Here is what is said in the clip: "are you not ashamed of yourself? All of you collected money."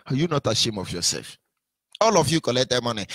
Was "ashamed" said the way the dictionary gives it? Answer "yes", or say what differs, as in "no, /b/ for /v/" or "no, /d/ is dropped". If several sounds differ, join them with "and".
no, /d/ is dropped